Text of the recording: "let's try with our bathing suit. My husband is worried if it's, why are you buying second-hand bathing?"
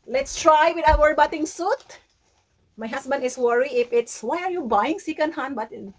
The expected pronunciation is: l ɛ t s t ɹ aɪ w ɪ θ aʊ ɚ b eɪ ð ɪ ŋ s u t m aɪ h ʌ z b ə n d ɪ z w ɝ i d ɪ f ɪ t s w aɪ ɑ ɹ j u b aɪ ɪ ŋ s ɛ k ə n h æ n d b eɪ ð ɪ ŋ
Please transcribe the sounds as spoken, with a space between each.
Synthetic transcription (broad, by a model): l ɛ t s t ɹ aɪ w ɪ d aʊ ɚ b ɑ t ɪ ŋ s u t m aɪ h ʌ s b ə n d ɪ s w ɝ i ɪ f ɪ t s w aɪ ɑ ɹ j u b aɪ ɪ ŋ s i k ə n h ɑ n b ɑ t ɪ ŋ